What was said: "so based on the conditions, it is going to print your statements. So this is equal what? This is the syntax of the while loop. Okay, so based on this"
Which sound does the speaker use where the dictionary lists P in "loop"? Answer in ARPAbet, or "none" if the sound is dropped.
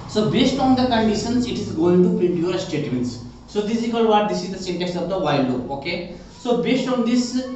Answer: none